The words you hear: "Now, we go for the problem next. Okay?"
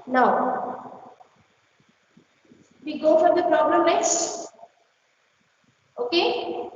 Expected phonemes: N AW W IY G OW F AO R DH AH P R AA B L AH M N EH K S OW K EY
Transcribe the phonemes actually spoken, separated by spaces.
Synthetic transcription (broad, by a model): N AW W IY G OW F AO R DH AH P R AA B L AH M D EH S OW K EY